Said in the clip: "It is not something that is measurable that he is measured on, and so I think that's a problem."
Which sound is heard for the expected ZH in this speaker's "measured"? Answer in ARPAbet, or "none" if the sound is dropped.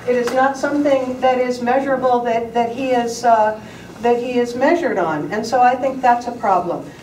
ZH